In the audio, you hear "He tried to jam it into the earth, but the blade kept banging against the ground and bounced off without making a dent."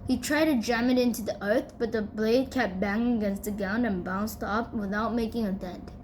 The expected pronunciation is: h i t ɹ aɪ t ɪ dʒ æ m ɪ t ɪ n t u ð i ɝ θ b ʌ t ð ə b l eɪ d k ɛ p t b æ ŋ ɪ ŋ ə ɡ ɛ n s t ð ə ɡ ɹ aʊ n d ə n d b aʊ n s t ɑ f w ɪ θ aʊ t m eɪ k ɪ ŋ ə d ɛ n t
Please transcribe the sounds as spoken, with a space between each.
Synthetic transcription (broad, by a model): h i t ɹ aɪ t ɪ dʒ æ m ɪ t ɪ n t u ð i ɝ θ b ʌ t ð ə b l eɪ d k ɛ p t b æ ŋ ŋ ə ɡ ɛ n s t ð ə ɡ aʊ n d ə n b aʊ n s t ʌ p w ɪ θ aʊ t m eɪ k ɪ ŋ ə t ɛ n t